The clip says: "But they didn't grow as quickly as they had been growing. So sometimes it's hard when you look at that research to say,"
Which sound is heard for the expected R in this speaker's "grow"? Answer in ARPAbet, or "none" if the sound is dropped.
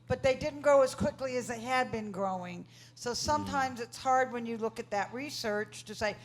none